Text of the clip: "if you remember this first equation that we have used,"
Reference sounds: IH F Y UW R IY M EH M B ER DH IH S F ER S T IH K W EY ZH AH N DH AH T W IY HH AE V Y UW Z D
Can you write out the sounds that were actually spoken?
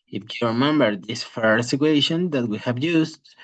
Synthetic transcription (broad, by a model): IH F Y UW R IY M EH M B ER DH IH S F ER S IH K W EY SH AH N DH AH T W IY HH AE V Y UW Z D